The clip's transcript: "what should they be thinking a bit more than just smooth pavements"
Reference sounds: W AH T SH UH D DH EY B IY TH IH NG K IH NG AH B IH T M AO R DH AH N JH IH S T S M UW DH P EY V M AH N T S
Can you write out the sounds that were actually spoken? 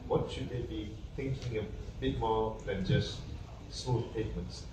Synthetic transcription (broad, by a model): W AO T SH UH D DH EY B IY T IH NG K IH NG AH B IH T M AO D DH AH N JH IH S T S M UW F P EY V M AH N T S